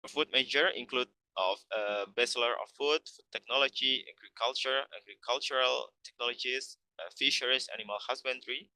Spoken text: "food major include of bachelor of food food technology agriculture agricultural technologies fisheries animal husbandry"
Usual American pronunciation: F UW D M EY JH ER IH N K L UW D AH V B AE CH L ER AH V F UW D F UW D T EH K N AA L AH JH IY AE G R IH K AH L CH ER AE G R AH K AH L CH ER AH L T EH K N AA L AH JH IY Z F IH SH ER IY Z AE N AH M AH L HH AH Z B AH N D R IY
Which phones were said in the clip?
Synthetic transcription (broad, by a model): F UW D M EY JH ER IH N K L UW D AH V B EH S L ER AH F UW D F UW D T EH K N AA L AH JH IY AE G R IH K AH L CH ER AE G R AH K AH L CH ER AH L T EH K N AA L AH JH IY S F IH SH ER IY S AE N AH M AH L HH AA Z B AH N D R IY